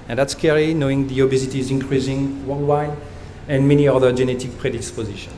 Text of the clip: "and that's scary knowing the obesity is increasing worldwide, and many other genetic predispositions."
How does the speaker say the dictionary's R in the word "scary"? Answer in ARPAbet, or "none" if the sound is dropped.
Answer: L